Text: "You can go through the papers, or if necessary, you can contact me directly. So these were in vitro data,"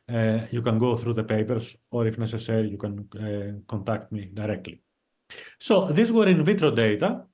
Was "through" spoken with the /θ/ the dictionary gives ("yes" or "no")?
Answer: yes